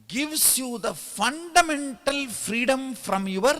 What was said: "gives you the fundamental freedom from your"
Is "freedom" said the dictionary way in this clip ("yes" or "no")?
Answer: yes